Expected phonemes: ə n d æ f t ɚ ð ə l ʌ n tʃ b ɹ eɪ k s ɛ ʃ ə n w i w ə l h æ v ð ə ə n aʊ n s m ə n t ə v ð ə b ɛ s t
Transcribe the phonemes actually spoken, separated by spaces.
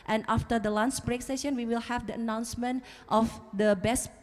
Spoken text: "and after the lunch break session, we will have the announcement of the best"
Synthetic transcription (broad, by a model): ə n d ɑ f t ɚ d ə l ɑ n s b ɹ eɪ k s ɛ ʃ ə n w i w ə l h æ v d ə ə n aʊ n s m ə n t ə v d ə b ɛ s